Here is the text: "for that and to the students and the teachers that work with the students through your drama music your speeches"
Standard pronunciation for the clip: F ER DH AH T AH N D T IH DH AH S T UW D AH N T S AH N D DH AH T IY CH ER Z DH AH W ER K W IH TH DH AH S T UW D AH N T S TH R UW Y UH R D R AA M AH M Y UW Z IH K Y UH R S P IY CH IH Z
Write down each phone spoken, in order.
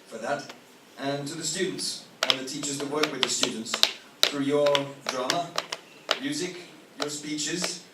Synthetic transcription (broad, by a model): F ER DH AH T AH N T IH DH AH S T UW D N T S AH N DH AH T IY CH ER Z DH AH W ER K W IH DH AH S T UW D N T S TH R UW Y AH R D R AA M AH M Y UW Z IH K Y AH R S P IY CH IH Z